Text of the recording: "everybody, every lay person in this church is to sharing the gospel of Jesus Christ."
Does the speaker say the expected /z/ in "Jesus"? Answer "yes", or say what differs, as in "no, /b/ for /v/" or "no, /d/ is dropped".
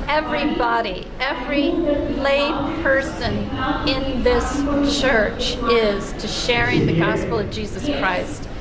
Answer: yes